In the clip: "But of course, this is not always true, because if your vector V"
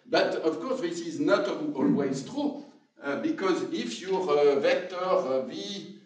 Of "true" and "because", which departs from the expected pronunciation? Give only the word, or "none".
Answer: none